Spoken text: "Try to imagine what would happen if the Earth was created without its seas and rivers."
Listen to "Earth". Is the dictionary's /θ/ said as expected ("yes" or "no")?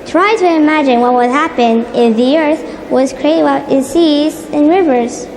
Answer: yes